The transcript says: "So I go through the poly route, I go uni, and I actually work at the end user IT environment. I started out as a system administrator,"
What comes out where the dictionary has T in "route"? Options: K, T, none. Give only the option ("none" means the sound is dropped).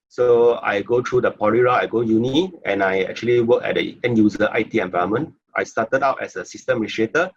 none